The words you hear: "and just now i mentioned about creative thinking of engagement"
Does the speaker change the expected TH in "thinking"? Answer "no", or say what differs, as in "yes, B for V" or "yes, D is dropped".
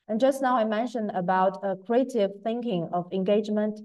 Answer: no